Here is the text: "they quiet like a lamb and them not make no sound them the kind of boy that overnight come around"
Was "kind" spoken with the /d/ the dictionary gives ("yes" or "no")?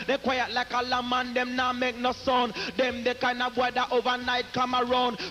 no